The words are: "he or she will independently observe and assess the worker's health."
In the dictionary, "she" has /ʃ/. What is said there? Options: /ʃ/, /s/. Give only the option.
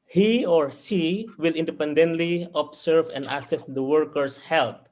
/s/